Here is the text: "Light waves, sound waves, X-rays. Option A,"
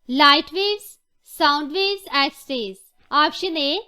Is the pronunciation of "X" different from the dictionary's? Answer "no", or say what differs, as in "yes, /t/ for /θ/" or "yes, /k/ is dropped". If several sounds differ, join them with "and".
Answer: yes, /k/ is dropped